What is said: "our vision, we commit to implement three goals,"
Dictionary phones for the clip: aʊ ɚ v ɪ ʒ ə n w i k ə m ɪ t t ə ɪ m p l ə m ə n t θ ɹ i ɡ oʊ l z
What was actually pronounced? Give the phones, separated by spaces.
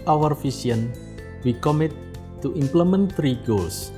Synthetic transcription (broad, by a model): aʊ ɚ f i s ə n w i k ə m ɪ t t ə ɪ m p l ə m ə n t ɹ i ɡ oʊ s